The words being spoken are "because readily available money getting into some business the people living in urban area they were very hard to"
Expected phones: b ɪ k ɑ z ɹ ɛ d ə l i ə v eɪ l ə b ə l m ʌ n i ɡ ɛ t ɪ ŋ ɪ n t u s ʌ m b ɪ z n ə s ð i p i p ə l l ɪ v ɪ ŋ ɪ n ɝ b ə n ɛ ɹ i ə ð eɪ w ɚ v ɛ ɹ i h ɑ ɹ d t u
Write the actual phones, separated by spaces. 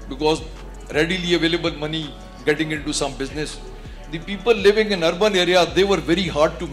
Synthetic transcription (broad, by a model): b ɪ k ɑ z ɹ ɛ d ə l i ə v eɪ l ə b ə l m ʌ n i ɡ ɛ t ɪ ŋ ɪ n t u s ʌ m b ɪ z n ə s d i p i p ə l l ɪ v ɪ ŋ ɪ n ɝ b ə n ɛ ɹ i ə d eɪ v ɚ v ɛ ɹ i h ɑ ɹ d t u